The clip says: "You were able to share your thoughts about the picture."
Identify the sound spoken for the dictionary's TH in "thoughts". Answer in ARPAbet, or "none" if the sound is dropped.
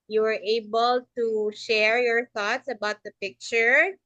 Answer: TH